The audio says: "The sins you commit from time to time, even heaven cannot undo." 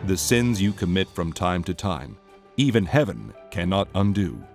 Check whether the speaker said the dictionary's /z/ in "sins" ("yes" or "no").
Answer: yes